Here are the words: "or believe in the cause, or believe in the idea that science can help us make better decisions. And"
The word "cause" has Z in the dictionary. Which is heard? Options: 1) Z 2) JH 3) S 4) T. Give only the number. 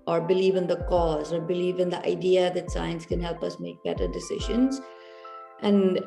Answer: 1